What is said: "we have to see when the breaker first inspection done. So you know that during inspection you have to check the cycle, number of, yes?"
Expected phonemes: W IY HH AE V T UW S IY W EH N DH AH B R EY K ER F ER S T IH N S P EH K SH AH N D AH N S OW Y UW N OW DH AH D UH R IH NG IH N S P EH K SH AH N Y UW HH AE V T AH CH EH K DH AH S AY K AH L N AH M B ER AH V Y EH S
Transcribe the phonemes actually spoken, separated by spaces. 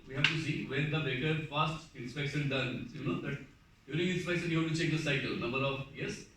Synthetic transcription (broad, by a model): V IY HH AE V T UW S IY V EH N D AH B EY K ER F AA S T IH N S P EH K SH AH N D AH N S Y UW N OW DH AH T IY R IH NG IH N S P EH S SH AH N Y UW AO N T CH EH K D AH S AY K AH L N AH M B ER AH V Y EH S